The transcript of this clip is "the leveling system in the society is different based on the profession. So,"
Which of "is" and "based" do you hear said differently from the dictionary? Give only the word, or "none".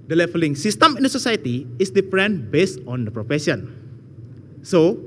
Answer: is